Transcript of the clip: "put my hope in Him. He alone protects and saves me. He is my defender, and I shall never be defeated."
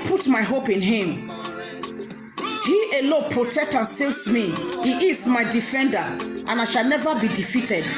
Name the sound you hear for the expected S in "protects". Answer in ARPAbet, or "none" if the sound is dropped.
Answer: none